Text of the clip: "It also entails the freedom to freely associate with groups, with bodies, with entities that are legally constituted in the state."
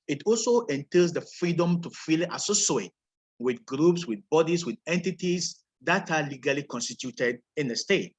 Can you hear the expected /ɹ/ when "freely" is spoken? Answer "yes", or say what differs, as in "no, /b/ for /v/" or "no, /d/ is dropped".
no, /ɹ/ is dropped